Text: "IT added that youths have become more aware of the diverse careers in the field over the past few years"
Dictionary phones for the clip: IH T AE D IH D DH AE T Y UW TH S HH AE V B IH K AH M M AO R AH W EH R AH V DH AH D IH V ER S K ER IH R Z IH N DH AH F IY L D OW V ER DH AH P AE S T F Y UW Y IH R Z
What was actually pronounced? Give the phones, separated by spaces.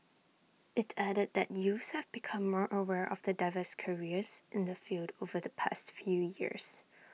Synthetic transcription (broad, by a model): IH T AE D IH D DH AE T Y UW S HH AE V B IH K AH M M AO R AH W EH R AH V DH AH D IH V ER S K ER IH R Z IH N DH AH F IY L D OW V ER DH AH P AE S T F Y UW Y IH R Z